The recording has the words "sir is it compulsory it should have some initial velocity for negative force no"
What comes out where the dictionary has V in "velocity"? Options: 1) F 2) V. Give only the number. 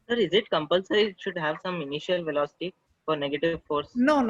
2